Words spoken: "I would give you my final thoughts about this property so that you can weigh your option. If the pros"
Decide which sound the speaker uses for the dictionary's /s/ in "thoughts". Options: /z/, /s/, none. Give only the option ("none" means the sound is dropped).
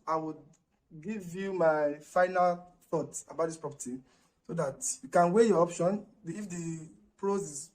none